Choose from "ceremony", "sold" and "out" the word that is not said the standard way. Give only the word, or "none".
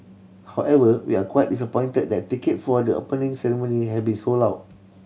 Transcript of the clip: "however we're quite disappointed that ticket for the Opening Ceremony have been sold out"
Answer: sold